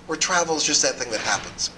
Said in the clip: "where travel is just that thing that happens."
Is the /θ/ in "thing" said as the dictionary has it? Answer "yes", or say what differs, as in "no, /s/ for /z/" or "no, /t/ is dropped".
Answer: yes